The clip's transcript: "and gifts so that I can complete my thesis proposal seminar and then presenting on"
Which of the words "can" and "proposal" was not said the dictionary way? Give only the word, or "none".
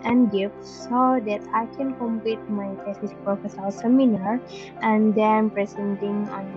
proposal